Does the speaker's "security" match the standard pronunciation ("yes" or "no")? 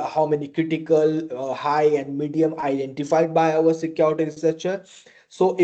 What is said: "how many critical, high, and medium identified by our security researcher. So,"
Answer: no